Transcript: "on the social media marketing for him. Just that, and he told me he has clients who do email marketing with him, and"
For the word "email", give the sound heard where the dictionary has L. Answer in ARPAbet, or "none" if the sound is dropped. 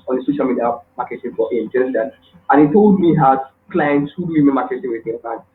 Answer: N